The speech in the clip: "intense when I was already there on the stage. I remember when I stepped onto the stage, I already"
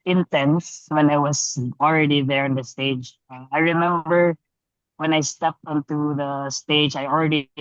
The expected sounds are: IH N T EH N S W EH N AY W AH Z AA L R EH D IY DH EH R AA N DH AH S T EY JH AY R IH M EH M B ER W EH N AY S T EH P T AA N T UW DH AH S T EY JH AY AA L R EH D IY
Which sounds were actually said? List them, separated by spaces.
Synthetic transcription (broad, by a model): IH N T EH N S W EH N AY W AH S AA L R EH D IY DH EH R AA N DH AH S T EY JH AY R IH M EH M B ER W EH N AY S T EH P T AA N T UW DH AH S T EY JH AY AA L R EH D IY